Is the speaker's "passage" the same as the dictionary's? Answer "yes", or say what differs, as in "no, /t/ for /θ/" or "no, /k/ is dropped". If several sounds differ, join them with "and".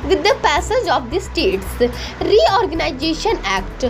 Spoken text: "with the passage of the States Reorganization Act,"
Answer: yes